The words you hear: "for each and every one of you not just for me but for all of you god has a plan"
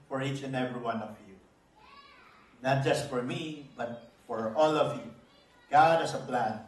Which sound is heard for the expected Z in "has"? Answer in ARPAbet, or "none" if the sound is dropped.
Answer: S